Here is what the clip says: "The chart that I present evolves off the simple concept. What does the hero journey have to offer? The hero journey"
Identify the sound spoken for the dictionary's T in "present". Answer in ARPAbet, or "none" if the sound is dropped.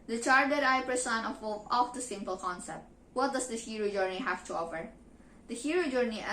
none